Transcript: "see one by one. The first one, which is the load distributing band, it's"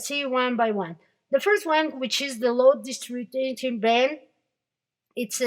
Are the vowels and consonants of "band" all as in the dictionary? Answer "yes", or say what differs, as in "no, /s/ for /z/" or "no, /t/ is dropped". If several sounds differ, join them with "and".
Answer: no, /d/ is dropped